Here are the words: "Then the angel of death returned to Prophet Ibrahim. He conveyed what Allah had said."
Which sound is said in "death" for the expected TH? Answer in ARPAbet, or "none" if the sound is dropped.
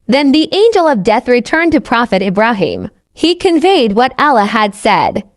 TH